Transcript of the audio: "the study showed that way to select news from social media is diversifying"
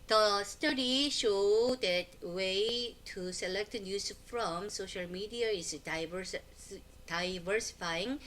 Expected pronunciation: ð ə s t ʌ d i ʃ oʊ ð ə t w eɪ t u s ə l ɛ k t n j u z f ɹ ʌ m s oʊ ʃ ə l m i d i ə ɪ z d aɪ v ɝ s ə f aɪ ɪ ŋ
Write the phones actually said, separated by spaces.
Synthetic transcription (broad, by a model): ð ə s t ʌ d i ʃ oʊ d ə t w eɪ t u s ə l ɛ k t n j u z f ɹ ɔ m s oʊ ʃ ə l m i d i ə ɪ s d aɪ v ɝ s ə f aɪ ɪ ŋ